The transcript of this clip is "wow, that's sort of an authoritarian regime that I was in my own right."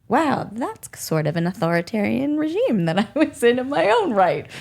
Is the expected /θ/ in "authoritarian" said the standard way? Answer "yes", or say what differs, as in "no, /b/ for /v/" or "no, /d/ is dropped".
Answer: yes